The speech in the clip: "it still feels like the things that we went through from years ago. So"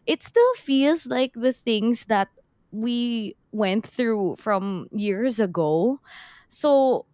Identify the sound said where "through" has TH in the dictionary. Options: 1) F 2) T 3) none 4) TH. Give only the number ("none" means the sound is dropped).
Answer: 4